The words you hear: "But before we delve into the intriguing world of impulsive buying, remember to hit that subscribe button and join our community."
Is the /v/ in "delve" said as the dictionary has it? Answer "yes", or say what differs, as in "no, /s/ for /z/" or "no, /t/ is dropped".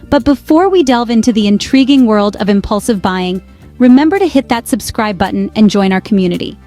yes